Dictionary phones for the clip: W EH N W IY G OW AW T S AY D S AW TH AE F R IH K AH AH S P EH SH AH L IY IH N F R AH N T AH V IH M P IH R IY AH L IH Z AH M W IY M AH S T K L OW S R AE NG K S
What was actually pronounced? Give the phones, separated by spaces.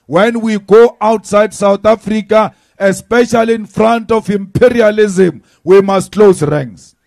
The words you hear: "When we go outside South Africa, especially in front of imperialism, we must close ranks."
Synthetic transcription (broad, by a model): W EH N W IY G OW AW T S AY D S AW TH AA F R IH K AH AH S P EH SH AH L IY N F R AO N T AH F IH M P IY R IY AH L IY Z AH M W IY M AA S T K L OW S R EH NG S